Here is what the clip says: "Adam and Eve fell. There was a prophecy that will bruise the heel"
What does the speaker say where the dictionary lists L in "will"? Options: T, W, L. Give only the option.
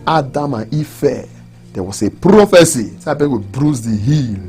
W